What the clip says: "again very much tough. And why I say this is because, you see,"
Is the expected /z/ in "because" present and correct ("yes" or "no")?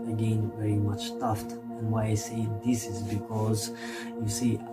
yes